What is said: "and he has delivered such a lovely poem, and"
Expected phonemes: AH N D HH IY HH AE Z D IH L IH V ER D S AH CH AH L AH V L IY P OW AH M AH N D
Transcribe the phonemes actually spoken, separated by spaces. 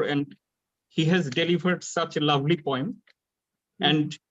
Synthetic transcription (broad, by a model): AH N D HH IY HH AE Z D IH L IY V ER D S AH CH L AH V L IY P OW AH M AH N D